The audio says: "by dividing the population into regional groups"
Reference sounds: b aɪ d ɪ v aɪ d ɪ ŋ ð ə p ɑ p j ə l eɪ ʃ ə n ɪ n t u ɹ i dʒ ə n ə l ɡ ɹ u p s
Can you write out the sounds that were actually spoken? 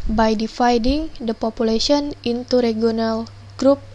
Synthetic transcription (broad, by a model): b aɪ d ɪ f aɪ d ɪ ŋ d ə p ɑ p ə l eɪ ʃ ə n ɪ n t u ɹ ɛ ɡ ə n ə l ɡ ɹ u p